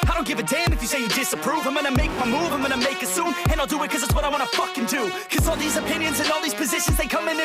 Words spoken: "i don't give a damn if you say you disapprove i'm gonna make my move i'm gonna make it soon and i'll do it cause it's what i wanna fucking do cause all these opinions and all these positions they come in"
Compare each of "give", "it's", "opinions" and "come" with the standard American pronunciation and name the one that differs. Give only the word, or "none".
none